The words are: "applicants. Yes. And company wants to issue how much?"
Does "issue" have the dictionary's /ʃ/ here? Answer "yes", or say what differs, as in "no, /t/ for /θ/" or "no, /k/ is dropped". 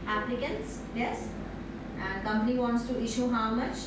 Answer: yes